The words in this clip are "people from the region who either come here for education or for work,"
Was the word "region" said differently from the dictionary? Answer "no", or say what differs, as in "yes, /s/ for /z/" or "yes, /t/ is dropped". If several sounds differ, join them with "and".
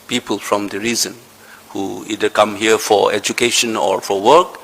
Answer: yes, /z/ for /dʒ/